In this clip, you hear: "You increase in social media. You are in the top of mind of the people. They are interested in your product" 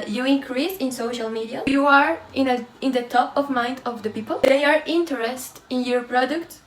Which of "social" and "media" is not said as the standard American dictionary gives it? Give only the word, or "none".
none